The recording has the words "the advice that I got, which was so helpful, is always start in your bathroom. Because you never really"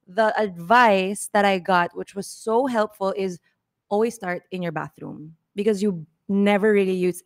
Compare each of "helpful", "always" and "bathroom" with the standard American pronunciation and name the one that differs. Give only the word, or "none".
none